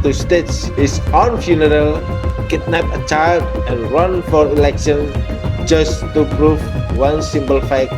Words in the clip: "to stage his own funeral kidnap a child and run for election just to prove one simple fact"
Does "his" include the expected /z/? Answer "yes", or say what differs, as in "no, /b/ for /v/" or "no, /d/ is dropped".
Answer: no, /s/ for /z/